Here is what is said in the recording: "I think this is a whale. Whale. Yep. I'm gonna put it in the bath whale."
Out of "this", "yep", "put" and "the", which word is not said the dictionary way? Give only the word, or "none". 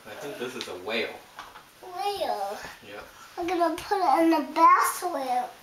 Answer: yep